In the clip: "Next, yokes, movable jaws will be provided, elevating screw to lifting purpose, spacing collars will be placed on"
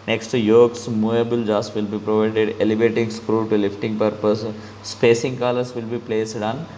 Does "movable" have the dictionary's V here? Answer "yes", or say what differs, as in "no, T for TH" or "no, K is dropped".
no, V is dropped